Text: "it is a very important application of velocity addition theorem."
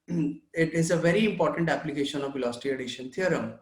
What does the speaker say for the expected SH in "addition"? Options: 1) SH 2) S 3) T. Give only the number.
1